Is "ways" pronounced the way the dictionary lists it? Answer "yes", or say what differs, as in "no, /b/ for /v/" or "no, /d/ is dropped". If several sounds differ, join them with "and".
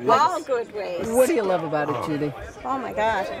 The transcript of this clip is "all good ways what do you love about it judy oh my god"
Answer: no, /z/ is dropped